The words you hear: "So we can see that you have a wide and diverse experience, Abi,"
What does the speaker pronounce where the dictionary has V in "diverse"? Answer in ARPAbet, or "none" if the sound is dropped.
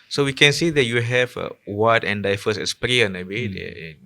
F